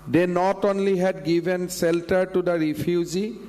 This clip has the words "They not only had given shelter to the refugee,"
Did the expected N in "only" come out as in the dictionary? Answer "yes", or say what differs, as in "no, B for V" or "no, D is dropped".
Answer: yes